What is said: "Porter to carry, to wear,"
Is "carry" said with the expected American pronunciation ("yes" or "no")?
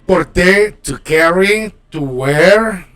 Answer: yes